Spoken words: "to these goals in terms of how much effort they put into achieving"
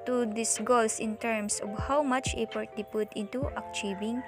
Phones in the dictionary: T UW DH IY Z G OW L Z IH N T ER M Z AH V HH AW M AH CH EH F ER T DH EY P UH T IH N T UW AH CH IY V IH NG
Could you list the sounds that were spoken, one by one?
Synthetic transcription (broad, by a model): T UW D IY S G OW L S IH N T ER M S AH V HH AW M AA CH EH P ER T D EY P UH T IH N T UW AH CH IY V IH NG